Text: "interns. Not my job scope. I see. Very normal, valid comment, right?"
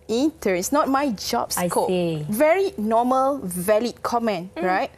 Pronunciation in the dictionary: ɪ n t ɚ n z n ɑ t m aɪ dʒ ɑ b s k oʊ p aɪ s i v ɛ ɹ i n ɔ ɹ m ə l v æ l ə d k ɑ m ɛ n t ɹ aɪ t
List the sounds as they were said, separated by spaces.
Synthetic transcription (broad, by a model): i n t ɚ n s n ɑ t m aɪ dʒ ɑ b s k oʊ ɛ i v ɛ ɹ i n ɔ m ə l v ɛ l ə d k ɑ m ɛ n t ɹ aɪ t